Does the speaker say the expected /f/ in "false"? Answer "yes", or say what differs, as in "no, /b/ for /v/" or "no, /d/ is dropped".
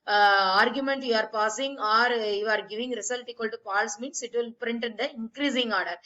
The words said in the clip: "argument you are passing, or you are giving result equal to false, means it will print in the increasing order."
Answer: no, /p/ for /f/